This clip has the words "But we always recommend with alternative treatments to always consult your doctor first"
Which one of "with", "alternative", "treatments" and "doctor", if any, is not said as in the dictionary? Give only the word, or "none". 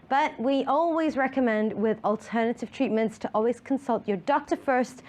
none